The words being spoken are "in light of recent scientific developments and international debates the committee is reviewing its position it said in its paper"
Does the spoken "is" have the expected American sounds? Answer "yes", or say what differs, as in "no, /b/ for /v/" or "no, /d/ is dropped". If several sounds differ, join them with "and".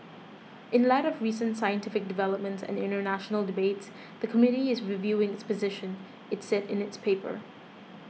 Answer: yes